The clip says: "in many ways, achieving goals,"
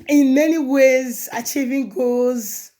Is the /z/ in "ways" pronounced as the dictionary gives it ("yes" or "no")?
yes